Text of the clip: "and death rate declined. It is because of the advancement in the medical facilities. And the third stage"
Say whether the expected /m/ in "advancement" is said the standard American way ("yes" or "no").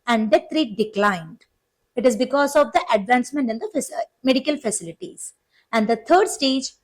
yes